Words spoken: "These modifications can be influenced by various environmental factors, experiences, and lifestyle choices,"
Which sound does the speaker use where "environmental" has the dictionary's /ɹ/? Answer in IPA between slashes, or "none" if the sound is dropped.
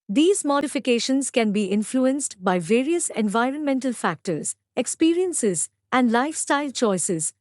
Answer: /ɹ/